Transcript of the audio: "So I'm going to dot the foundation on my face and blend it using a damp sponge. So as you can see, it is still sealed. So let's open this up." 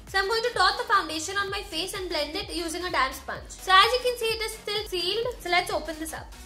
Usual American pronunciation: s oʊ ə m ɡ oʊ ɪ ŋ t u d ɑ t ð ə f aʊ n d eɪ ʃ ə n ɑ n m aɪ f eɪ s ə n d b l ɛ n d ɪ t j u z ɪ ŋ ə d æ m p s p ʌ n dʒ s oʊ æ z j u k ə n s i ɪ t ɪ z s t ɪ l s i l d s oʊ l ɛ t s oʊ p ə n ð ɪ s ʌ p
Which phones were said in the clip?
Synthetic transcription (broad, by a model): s ə m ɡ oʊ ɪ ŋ t u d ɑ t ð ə f aʊ n d eɪ ʃ ə n ɑ n m aɪ f eɪ s ə n d b l ɛ n d ɪ t j u z ɪ ŋ ə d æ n s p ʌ n tʃ s oʊ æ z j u k ə n s i ɪ t ɪ z s t ɪ l s i l d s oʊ l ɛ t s oʊ p ə n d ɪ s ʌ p